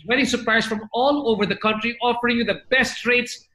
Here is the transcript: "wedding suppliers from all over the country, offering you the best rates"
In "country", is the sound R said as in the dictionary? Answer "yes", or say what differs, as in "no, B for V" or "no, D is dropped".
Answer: yes